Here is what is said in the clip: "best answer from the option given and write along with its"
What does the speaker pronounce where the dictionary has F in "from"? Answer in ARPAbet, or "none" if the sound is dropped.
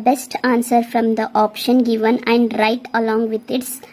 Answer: F